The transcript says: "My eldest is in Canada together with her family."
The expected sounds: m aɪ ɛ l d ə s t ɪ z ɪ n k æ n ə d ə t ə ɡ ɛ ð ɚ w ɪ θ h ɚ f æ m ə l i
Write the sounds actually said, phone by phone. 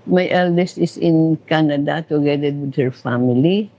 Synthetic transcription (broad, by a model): m aɪ ɛ l d ə s t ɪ s ɪ n k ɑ n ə d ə t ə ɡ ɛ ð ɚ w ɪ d h ɚ f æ m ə l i